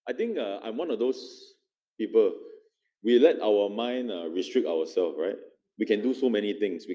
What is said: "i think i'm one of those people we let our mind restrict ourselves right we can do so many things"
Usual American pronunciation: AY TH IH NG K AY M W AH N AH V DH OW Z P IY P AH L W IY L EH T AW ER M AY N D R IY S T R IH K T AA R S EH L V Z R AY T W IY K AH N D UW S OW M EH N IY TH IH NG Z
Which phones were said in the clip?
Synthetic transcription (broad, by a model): AY T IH NG K AY M W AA N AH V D OW S P IY P AH L W IY L EH T AW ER M AY N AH R IY S T R IH K T AA W S EH L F R AY T W IY K AH N D UW S OW M EH N IY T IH NG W